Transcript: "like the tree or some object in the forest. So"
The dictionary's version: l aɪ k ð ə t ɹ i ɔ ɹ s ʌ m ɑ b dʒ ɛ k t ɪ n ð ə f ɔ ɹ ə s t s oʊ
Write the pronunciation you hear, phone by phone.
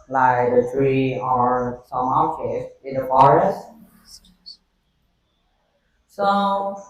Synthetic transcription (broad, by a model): l aɪ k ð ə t ɹ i ɔ ɹ s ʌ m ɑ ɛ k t ɪ n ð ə f ɔ ɹ ə s t s oʊ